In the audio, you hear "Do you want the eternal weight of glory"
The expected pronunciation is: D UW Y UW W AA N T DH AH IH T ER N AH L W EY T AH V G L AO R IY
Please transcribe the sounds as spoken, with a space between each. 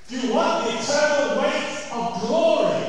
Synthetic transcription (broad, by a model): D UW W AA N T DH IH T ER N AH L W EY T AH V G L AO R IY